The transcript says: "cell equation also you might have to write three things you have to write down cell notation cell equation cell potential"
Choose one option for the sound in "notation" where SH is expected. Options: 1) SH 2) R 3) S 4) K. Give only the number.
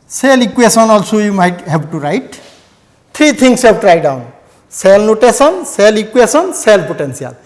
3